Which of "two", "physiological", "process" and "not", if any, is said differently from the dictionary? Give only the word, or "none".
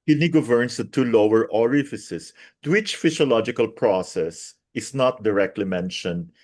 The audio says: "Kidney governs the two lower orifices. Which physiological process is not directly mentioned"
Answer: physiological